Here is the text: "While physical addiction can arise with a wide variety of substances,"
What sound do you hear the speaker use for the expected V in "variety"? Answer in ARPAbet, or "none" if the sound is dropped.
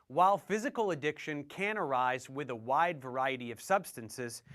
V